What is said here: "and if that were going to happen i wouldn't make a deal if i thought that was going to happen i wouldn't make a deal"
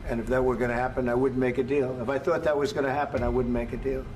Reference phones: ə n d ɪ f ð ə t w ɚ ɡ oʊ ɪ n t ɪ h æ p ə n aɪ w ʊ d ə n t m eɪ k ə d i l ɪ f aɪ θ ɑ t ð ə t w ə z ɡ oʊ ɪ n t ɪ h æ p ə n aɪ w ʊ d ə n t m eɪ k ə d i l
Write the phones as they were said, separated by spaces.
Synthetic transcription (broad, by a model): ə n ɪ f ð ə t w ɚ ɡ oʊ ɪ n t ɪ h æ p ə n aɪ w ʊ d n m eɪ k ə d i l ɪ f aɪ θ ɑ t ð ə t w ə z ɡ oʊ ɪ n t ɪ h æ p ə n aɪ w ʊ d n m eɪ k ə d i l